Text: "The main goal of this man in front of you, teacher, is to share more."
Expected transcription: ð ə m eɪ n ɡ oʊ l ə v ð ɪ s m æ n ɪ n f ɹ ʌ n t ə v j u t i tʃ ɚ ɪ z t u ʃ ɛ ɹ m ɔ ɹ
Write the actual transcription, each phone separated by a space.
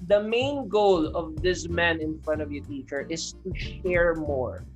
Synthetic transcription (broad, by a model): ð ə m eɪ n ɡ oʊ l ə v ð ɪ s m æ n ɪ n f ɹ ʌ n t ə v j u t i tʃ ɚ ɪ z t u ʃ ɛ ɹ m ɔ ɹ